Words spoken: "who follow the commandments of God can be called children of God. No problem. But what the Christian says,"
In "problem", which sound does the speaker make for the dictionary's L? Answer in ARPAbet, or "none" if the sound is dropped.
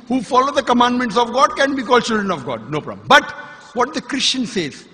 none